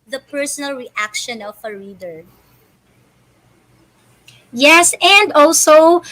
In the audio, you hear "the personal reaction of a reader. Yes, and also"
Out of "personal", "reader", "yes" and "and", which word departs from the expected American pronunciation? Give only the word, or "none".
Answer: none